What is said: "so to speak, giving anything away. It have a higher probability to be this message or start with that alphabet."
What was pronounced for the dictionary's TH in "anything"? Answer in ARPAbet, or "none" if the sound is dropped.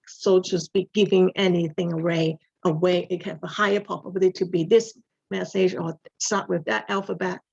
TH